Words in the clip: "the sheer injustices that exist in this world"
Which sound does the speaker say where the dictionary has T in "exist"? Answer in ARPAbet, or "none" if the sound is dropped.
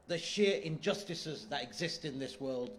T